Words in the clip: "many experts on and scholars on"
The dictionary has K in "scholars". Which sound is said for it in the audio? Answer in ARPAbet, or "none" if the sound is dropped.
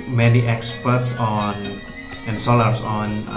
none